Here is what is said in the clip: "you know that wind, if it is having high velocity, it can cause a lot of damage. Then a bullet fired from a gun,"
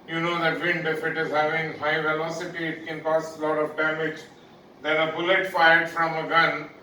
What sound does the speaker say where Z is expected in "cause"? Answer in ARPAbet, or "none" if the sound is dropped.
S